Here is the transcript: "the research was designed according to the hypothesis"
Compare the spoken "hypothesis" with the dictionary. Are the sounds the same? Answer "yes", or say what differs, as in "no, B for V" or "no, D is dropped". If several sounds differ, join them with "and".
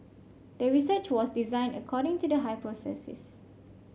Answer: no, S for TH